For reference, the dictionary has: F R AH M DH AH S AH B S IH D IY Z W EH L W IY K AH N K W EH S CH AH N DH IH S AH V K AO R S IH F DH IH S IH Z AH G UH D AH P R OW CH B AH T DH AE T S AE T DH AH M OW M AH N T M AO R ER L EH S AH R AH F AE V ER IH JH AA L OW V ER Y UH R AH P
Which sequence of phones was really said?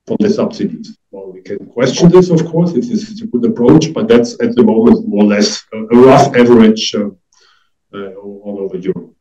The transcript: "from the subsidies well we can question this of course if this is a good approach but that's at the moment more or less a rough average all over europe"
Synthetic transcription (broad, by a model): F R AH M DH AH S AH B S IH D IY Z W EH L W IY K AH N K W EH S CH AH N DH IH S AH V K AO R S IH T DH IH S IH AH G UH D AH P R OW CH B AH T DH AE T S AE T DH AH M OW M AH N T M AO R L EH S AH R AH F AE V ER IH JH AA N OW V ER Y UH R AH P